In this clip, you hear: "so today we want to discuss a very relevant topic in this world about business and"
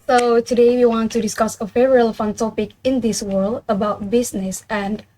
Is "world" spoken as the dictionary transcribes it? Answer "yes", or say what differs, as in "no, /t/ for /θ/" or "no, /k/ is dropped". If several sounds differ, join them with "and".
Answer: yes